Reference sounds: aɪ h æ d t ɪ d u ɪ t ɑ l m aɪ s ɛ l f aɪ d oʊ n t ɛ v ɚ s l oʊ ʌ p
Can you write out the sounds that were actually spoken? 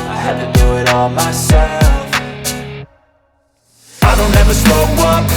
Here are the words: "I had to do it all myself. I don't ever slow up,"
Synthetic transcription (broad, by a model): aɪ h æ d t ɪ d u ɪ t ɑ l m aɪ s ɛ l f aɪ d oʊ n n ɛ v ɚ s oʊ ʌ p